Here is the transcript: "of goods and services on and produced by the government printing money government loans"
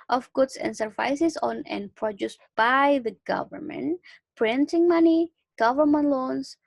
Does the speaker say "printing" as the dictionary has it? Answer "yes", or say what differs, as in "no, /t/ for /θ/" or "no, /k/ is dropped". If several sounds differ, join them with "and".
yes